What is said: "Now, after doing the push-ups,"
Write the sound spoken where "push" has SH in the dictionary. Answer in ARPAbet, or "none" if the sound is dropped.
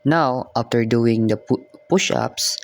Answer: SH